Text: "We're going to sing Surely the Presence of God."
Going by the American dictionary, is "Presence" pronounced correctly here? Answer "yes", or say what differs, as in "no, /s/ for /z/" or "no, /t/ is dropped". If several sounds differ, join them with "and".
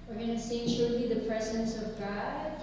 yes